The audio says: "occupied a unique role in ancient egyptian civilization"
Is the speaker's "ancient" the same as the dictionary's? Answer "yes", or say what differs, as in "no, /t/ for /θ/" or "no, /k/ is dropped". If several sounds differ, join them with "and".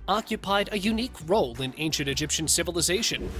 yes